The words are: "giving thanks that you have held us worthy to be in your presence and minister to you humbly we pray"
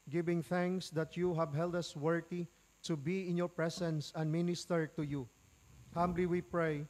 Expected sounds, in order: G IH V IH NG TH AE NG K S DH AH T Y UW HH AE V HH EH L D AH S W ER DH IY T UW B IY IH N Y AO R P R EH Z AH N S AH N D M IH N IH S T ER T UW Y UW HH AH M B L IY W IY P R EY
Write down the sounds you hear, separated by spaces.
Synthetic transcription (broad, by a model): G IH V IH NG TH AE NG K S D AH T Y UW HH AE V HH EH L D AH S W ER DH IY T UW B IY IH N Y AO R P R EH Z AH N S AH N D M IH N IH S T ER T UW Y UW HH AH M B L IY W IY P R EY